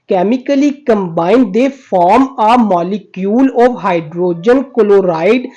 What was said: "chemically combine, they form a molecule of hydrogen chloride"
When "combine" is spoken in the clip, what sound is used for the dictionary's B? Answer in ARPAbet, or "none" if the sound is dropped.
B